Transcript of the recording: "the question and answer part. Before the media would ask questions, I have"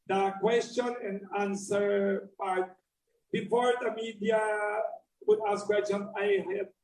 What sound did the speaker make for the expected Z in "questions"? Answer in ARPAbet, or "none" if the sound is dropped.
none